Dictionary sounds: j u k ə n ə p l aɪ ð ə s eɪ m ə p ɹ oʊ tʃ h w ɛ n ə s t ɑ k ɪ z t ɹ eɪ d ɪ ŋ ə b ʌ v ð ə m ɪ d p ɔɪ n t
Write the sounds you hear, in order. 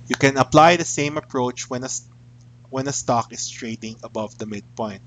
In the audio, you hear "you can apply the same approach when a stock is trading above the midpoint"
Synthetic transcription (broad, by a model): j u k ə n ə p l aɪ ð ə s eɪ m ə p ɹ oʊ tʃ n w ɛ n ə s t ɑ k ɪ s t ɹ eɪ d ɪ ŋ ə b ʌ v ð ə m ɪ d p ɔɪ n t